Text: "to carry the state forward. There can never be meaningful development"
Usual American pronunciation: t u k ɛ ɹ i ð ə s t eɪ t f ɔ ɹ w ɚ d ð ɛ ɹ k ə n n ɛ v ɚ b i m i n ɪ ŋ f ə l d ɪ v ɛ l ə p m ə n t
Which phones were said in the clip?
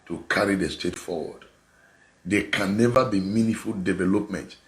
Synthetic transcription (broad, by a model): t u k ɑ ɹ i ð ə s t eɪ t f ɔ w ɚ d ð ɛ k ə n n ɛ v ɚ b i m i n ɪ f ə l d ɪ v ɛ l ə p m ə n t